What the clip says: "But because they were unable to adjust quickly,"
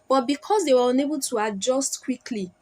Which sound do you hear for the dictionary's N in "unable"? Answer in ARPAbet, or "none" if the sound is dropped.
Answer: N